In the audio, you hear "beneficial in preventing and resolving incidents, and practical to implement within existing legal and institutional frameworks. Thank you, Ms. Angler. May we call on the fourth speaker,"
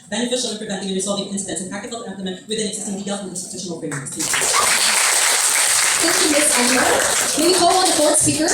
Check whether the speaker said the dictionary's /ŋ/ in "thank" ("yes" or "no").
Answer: no